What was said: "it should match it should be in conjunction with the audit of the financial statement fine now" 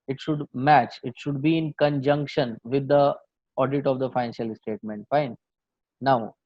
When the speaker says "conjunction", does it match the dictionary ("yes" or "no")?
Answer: yes